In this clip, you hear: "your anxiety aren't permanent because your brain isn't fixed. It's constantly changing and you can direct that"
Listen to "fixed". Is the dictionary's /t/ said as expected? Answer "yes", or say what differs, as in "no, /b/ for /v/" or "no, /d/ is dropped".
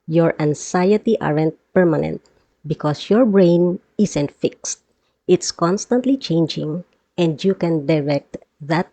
yes